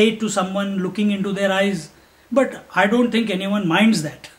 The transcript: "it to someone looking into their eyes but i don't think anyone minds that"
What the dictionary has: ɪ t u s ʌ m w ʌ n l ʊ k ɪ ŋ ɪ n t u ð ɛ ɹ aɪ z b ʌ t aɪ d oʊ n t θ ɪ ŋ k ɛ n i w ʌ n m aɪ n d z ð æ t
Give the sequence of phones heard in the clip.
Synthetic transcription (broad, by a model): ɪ t u s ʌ m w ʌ n l ʊ k ɪ ŋ ɪ n t u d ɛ ɹ aɪ z b ʌ t aɪ d oʊ n t t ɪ ŋ k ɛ n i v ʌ n m aɪ n d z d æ t